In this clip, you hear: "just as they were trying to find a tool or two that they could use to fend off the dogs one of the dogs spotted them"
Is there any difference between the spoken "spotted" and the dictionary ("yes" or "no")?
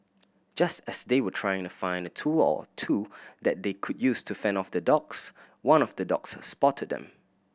no